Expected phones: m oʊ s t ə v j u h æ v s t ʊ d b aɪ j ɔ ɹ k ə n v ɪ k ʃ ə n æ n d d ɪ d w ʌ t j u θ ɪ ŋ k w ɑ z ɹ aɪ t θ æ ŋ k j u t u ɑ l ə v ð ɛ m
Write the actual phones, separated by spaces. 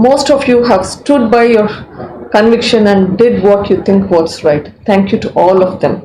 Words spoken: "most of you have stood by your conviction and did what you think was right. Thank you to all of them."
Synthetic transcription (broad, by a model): m oʊ s t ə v j u h æ v s t ʊ d b aɪ j ɔ ɹ k ə n v ɪ k ʃ ə n æ n d d ɪ d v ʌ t j u t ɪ ŋ k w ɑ s ɹ aɪ t t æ ŋ k j u t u ɑ l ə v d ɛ m